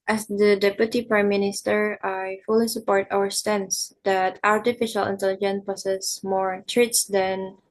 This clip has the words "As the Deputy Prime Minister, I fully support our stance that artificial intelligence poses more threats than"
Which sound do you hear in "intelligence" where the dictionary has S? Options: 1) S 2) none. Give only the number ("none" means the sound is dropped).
2